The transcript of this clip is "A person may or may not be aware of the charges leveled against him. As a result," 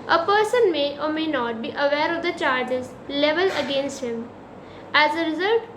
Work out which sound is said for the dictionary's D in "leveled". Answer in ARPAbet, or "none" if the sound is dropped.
none